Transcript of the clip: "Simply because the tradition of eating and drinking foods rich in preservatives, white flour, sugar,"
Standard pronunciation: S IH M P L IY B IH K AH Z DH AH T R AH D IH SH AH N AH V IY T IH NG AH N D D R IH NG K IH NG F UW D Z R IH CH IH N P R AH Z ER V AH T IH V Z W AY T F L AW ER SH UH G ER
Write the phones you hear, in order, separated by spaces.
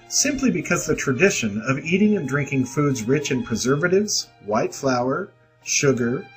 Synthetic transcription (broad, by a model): S IH M P L IY B IH K AH Z DH AH T R AH D IH SH AH N AH V IY T IH NG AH N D D R IH NG K IH NG F UW D Z R IH CH IH N P R AH Z ER V AH T IH V Z W AY T F L AW ER SH UH G ER